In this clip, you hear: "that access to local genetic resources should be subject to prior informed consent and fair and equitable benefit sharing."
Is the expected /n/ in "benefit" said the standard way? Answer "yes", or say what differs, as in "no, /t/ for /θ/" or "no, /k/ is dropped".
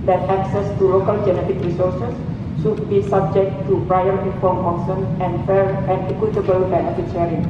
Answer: no, /n/ is dropped